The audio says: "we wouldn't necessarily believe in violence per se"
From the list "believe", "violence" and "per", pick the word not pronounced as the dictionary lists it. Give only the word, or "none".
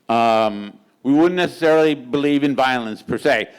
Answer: none